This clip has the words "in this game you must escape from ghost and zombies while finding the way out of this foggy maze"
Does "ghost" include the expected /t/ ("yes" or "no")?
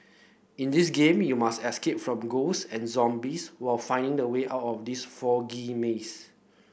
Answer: no